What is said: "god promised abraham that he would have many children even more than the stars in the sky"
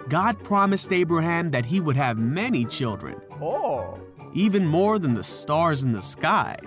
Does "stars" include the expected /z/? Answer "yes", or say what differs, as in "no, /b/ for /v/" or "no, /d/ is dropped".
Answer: yes